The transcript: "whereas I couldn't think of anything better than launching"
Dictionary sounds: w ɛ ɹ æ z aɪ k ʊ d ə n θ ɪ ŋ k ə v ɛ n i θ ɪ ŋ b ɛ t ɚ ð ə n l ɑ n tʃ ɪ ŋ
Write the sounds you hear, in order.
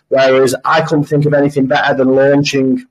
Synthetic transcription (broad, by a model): w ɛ ɹ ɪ z aɪ k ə n θ ɪ ŋ k ə v ɛ n i θ ɪ ŋ b ɛ t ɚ ð ə n l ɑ n tʃ ɪ ŋ